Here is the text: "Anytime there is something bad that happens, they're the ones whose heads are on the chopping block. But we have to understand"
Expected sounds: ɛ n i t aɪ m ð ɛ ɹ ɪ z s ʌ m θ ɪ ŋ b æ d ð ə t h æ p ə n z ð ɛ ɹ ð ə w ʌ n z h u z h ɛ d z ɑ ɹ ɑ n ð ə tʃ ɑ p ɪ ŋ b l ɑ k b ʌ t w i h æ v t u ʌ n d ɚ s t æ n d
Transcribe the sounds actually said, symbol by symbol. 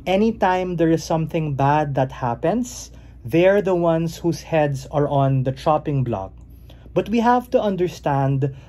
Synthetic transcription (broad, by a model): ɛ n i t aɪ m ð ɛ ɹ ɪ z s ʌ m θ ɪ ŋ b æ d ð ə t h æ p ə n s ð ɛ ɹ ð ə w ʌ n s h u s h ɛ d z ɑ ɹ ɑ n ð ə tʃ ɑ p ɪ ŋ b l ɑ k b ʌ t w i h æ v t u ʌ n d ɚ s t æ n d